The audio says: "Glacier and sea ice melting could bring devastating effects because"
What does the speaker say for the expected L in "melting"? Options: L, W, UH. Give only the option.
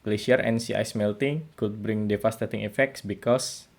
L